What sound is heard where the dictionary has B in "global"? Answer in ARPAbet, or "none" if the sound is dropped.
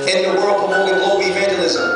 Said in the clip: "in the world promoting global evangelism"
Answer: none